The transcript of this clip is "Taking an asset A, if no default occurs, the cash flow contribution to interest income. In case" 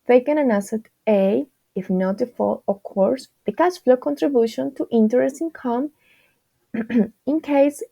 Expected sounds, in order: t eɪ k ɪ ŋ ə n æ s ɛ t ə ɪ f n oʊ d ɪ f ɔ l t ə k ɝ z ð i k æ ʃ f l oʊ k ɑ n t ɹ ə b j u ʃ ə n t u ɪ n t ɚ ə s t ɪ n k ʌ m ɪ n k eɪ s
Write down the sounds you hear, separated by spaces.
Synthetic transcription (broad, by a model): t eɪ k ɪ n ə n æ s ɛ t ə ɪ f n oʊ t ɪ f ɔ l ə k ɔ s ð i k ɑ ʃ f l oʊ k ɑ n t ɹ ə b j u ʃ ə n t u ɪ n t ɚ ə s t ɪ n k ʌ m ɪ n k eɪ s